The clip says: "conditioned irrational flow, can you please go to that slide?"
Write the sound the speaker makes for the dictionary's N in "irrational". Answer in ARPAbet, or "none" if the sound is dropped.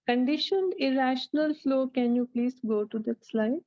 N